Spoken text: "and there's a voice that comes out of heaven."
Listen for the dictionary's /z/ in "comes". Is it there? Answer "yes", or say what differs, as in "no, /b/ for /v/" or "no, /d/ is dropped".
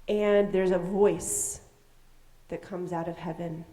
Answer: yes